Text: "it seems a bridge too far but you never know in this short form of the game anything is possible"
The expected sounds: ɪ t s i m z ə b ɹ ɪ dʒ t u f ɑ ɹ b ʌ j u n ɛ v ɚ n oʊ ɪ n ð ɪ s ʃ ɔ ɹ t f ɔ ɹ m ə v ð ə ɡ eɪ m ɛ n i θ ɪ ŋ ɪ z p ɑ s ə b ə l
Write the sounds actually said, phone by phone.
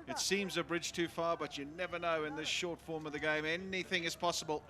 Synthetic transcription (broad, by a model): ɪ t s i m z ə b ɹ ɪ dʒ t u f ɑ ɹ b ʌ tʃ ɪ n ɛ v ɚ n oʊ ɪ n ð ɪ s ʃ ɔ ɹ t f ɔ ɹ m ə v ð ə ɡ eɪ m ɛ n i θ ɪ ŋ ɪ z p ɑ s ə b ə l